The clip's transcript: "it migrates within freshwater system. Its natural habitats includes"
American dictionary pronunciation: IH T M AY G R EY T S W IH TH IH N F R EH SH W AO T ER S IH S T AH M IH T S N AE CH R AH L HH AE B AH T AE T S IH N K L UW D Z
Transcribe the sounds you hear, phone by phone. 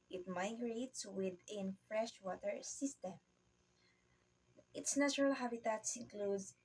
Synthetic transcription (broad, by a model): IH T M AY G R EY T S W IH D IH N F R EH SH W AO T ER S IH S T AH M IH T S N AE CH R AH L HH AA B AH T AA T S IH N K L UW D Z